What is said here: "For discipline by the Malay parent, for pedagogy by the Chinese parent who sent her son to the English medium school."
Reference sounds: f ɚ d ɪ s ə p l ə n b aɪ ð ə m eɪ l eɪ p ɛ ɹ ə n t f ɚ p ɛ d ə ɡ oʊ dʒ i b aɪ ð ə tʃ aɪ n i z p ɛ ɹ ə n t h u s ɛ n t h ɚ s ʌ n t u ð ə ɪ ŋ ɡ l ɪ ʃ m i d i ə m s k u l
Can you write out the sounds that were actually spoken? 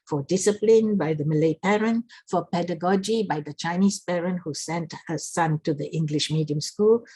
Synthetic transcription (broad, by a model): f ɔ d ɪ s ə p l ə n b aɪ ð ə m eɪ l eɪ p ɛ ɹ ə n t f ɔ p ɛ d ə ɡ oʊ dʒ i b aɪ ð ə tʃ aɪ n i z p ɛ ɹ ə n t h u s ɛ n t h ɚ s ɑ n t u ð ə ɪ ŋ ɡ l ɪ ʃ m i d i ə m s k u l